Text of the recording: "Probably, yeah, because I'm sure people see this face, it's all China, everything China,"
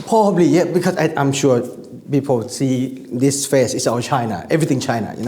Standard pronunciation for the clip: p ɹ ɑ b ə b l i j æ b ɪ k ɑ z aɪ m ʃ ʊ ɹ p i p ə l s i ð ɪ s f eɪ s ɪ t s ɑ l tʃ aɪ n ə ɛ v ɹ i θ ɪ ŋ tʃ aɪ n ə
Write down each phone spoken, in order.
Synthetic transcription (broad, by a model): p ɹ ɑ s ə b l i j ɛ b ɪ k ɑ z aɪ m ʃ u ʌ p i p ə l s i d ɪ s f eɪ s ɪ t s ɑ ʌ tʃ aɪ n ə ɛ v ɹ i t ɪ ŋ tʃ aɪ n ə